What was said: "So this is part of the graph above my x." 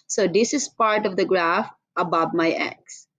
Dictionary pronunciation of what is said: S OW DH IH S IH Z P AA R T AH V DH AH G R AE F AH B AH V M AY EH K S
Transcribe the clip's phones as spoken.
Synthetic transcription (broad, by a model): S OW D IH S IH Z P AA R T AH V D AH G R AE F AH B AH V M AY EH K S